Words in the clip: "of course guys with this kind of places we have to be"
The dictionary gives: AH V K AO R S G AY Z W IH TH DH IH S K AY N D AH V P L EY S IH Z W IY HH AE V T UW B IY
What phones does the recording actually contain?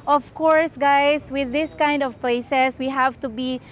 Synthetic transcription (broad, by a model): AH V K AO R S G AY S W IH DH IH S K AY N D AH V P L EY S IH S W IY HH AE V T UW B IY